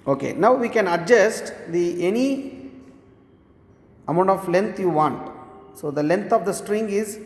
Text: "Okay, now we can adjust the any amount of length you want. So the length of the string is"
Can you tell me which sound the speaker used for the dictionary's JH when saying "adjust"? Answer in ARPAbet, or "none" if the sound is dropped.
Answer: JH